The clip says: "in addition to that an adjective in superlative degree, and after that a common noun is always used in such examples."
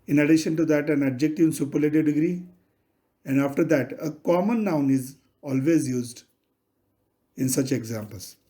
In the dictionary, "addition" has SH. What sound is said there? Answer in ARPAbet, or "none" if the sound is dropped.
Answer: SH